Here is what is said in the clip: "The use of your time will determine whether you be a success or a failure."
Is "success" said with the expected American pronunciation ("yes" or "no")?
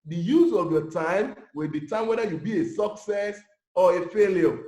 yes